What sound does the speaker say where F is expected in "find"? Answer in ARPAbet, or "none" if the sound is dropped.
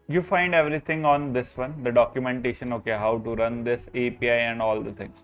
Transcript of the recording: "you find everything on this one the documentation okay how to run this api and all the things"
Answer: F